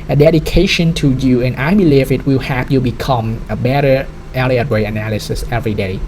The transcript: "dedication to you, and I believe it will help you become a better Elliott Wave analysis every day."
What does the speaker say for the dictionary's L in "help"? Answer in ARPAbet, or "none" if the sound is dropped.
none